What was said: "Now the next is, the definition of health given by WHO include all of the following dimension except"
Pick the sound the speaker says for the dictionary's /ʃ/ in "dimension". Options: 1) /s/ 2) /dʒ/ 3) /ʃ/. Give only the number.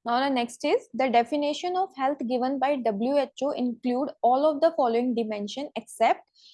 3